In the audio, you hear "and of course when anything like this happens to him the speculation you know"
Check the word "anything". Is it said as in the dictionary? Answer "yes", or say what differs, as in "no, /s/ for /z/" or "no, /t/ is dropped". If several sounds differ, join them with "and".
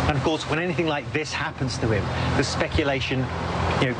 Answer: yes